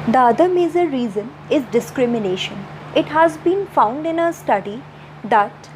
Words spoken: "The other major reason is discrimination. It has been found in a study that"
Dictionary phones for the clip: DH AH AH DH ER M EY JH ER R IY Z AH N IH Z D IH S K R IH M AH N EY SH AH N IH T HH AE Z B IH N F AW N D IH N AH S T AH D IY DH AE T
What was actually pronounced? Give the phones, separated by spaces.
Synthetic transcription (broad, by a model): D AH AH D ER M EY Z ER R IY Z AH N IH Z D IH S K R IH M AH N EY SH AH N IH T HH AE Z B IH N F AW N D IH N AH S T AH D IY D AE T